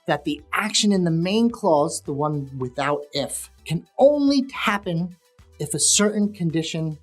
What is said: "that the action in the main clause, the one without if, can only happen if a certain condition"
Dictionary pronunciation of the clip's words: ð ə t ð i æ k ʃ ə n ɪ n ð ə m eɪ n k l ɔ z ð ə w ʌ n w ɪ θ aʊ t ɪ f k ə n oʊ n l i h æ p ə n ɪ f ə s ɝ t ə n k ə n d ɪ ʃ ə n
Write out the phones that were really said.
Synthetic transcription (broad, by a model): ð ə t ð i æ k ʃ ə n ɪ n ð ə m eɪ n k l ɔ z ð ə w ʌ n w ɪ θ aʊ t ɪ f k ə n oʊ n l i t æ p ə n ɪ f ə s ɝ t n k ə n d ɪ ʃ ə n